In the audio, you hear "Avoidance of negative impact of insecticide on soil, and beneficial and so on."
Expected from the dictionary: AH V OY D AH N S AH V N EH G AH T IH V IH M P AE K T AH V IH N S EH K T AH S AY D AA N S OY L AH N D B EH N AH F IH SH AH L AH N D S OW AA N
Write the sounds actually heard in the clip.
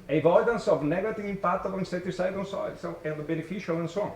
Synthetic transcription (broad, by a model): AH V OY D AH N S AH V N EH G AH T IH V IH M P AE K T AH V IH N S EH T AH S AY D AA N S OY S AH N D B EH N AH F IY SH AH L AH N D S OW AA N